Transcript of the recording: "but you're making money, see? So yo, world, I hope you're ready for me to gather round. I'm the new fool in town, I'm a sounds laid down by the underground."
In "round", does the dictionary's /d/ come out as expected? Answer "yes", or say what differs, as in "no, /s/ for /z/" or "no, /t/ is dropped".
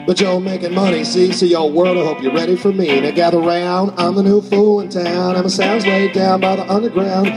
yes